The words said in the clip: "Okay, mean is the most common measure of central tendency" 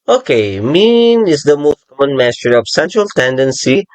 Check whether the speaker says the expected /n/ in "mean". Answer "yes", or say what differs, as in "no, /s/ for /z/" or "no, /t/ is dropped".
yes